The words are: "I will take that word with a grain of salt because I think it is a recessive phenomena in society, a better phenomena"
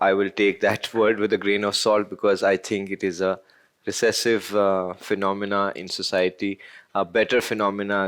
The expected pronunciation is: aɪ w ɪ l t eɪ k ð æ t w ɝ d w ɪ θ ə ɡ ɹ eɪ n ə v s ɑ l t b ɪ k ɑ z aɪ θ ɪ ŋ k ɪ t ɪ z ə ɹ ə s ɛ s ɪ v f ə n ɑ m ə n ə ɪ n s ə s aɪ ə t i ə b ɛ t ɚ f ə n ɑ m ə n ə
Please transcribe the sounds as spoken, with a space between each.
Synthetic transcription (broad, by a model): aɪ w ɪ l t eɪ k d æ t w ɝ d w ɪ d ə ɡ ɹ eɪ n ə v s ɑ l t b ɪ k ɑ z aɪ t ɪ ŋ k ɪ t ɪ z ə ɹ ə s ɛ s ɪ v f ə n ɑ m ə n ə ɪ n s ə s aɪ ə t i ə b ɛ t ɚ f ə n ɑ m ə n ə